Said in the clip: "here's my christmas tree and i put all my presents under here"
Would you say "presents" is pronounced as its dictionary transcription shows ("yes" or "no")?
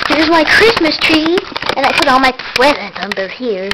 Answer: no